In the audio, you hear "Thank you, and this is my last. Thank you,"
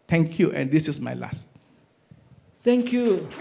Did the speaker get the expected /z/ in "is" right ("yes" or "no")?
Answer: no